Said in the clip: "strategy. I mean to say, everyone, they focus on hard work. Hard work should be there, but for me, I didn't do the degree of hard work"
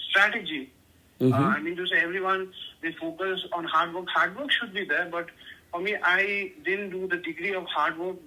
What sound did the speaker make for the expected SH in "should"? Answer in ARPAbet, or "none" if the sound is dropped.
SH